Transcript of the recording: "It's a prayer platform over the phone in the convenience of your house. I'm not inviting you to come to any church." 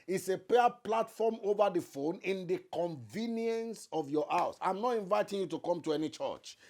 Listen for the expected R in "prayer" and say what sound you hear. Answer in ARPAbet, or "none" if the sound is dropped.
none